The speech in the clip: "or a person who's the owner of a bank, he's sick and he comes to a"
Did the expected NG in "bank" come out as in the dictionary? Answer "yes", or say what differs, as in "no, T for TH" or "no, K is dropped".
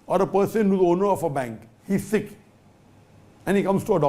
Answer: yes